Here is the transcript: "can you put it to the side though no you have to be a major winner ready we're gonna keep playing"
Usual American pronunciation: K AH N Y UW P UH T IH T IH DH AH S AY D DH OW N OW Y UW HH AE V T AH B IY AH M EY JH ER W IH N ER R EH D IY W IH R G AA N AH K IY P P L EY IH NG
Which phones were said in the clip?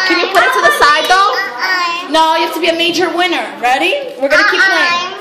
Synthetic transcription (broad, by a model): K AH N Y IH P UH T IH T IH DH AH S AY D DH OW N OW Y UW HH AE F T AH B IY AH M EY JH ER W IH N ER R EH D IY W IH R G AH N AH K IY P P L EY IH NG